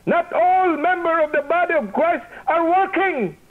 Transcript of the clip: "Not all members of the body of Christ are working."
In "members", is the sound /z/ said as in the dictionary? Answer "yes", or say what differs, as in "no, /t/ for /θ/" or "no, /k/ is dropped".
no, /z/ is dropped